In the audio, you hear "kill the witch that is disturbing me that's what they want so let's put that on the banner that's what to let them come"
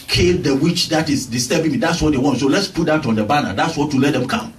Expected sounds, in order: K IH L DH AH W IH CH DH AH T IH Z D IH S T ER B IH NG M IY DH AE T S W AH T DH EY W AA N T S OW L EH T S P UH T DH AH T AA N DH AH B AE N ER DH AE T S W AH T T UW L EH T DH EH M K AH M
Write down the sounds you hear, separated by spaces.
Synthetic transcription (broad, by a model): K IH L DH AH W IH CH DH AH T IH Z D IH S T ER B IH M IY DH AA T S W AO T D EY W AA N T S OW L EH T S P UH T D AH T AA N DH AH B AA N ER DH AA T S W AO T T UW L EH T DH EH M K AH M